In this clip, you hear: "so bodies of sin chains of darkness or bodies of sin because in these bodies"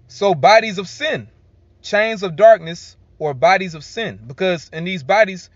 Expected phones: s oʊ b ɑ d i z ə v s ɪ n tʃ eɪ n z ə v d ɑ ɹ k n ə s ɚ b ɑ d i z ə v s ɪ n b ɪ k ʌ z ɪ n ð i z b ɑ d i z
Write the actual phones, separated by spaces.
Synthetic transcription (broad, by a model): s oʊ b ɑ d i z ə v s ɪ n tʃ eɪ n z ə v d ɑ ɹ k n ə s ɚ b ɑ d i z ə v s ɪ n b ɪ k ʌ z ɪ n ð i z b ɑ d i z